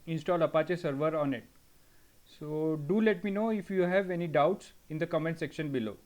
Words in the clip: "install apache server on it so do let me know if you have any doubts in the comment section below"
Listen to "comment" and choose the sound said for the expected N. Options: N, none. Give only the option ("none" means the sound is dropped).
N